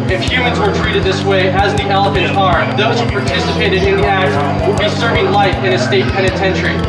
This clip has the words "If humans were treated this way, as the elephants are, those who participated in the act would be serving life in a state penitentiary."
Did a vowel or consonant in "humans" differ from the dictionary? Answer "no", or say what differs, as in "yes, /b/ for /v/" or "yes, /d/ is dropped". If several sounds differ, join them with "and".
no